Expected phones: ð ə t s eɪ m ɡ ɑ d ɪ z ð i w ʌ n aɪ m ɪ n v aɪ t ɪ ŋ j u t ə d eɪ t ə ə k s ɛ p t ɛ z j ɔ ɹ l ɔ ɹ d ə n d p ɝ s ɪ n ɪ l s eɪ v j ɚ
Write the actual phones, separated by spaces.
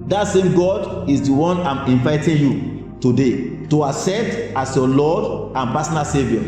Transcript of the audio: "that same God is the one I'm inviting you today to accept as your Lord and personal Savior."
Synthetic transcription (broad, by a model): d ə t s eɪ m ɡ ɑ d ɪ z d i w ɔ n aɪ m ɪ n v aɪ t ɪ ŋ j u t ə d eɪ t ə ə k s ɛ t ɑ s j ɔ l ɔ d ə n p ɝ s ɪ n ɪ l s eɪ v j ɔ